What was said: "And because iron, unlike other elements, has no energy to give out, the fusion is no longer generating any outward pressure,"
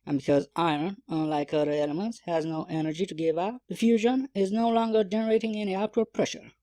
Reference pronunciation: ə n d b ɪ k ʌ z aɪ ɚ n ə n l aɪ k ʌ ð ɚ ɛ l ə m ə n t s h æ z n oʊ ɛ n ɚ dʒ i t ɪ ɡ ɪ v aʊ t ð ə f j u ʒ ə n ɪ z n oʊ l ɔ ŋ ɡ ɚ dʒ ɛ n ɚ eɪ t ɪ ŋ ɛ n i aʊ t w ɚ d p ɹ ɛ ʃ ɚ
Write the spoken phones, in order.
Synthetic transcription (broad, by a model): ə n b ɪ k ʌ z aɪ ɚ n ə n l aɪ k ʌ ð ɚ ɛ l ə m ə n t s h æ z n oʊ ɛ n ɚ dʒ i t ɪ ɡ ɪ v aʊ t ð ə f j u ʒ ə n ɪ z n oʊ l ɔ ŋ ɡ ɚ dʒ ɛ n ɚ eɪ t ɪ ŋ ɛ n i aʊ t w ɚ d p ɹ ɛ ʃ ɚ